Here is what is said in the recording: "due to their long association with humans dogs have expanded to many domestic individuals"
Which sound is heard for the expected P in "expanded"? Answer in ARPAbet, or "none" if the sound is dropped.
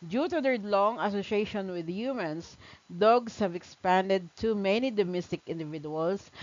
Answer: P